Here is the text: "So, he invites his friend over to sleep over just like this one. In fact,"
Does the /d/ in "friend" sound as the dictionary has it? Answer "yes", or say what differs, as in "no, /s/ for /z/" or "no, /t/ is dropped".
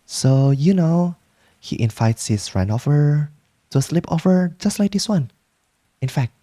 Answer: no, /d/ is dropped